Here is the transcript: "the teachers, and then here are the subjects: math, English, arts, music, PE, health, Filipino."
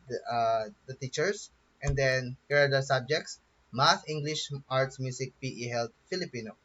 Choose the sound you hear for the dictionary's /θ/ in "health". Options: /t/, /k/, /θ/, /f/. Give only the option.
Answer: /t/